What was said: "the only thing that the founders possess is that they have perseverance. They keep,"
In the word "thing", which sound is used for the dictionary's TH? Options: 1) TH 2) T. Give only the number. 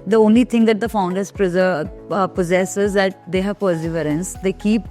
2